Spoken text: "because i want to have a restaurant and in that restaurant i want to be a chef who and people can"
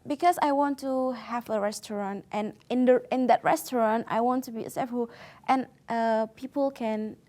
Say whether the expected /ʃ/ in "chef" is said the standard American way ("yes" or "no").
no